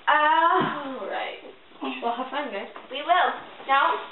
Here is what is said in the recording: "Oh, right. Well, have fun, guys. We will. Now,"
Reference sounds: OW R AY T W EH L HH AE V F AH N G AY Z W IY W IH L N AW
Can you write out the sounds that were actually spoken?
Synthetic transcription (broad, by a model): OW R AY T W EH L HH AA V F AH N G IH W IY W IH L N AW